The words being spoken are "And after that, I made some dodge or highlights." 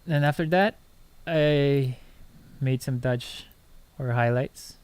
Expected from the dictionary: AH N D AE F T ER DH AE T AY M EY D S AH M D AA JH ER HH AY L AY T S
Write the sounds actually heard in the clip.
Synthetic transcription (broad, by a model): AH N AE F T ER DH AE T AY M EY D S AH M D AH CH ER HH AY L AY T S